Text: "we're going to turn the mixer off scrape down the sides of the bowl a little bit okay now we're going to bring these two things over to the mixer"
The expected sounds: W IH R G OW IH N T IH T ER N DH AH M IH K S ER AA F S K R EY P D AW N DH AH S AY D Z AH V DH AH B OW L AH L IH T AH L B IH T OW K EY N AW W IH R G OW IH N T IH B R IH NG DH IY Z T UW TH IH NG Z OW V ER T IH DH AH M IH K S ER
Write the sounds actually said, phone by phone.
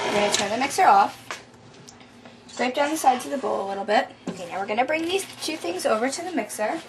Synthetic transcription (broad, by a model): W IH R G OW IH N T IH T ER N DH AH M IH K S ER AA F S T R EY P D AW N DH AH S AY D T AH DH AH B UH L AH L IH T L B IH T OW K EY N AW W IH R G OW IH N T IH B R IH NG DH IY Z T UW TH IH NG Z OW V ER T IH DH AH M IH K S ER